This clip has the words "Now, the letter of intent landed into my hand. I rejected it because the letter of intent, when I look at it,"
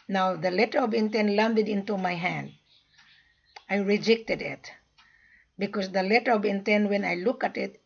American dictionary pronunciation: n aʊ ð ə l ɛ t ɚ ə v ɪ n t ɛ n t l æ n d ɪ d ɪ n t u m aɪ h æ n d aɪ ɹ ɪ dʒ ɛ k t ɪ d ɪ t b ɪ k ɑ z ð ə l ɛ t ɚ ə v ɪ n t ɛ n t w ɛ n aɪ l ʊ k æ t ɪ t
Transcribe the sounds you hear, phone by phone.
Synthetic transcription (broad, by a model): n aʊ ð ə l ɛ t ɚ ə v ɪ n t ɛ n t l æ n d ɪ d ɪ n t u m aɪ h æ n d aɪ ɹ ɪ dʒ ɛ k t ɪ d ɪ t b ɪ k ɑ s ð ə l ɛ t ɚ ə v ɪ n t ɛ n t w ɛ n aɪ l ʊ k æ t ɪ t